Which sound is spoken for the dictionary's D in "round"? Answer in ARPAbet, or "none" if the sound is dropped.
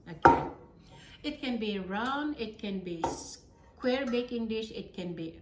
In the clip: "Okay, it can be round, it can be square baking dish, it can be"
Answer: none